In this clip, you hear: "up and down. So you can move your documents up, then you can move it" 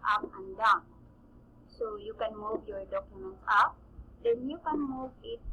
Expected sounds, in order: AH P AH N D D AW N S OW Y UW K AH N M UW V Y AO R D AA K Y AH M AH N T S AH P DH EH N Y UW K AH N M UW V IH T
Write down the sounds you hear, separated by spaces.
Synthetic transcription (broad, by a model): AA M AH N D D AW S OW Y UW K AH N M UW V Y AO R D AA K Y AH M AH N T AA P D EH N Y UW K AH N M UW V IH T